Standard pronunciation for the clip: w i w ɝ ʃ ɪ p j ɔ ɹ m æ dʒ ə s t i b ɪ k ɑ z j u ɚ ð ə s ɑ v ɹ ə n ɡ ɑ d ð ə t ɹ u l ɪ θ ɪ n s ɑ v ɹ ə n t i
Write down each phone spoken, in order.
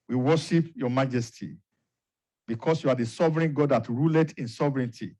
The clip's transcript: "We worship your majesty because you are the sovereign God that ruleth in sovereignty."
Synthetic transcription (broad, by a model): w i w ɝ ʃ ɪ p j ɔ m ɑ dʒ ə s t i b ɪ k ɑ s j u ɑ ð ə s ɑ v ɹ ə n ɡ ɑ d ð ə t ɹ u l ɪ t ɪ n s ɑ v ɹ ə n t i